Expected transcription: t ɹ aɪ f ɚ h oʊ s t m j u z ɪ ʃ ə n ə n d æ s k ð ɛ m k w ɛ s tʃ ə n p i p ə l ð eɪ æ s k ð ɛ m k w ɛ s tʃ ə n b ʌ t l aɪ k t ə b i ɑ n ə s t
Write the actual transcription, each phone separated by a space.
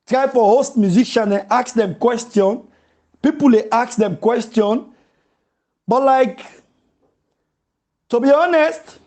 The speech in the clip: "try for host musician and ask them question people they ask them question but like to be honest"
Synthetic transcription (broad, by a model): t ɹ aɪ f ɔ h oʊ s t m j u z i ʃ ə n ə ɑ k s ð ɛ m k w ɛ s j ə n p i p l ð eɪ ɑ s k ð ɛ m k w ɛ s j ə n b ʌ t l aɪ k t ə b i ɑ n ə s t